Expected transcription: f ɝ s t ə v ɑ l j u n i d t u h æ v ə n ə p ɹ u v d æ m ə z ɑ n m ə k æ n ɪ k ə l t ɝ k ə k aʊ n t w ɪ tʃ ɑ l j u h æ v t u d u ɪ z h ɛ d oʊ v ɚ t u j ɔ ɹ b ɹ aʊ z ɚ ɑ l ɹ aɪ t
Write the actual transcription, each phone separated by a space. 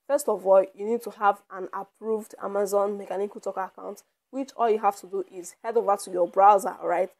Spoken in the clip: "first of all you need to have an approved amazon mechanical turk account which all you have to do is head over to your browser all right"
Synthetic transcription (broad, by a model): f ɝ s t ə v ɑ l j u n i d t u h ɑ v ə n ə p ɹ u v d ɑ m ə z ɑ n m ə k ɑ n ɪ k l t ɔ k ə k aʊ n t w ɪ tʃ ɑ l j u h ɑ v t u d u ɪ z h ɛ d oʊ v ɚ t u j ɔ b ɹ aʊ z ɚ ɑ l ɹ aɪ t